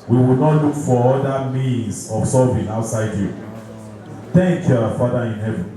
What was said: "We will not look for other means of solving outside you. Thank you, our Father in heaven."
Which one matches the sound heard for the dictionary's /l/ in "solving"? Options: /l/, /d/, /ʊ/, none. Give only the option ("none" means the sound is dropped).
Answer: none